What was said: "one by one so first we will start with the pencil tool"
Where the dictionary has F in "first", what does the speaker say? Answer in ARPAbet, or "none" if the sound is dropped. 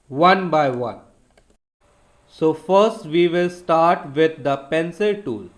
F